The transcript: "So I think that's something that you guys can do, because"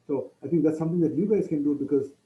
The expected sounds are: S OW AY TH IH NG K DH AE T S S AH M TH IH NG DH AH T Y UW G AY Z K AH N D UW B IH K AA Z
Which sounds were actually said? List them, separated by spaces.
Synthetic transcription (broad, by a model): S OW AY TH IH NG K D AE T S S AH M T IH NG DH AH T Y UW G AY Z K AH N D UW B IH K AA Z